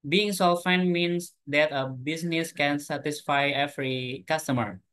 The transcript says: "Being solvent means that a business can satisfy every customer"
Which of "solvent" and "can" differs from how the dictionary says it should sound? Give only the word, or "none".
solvent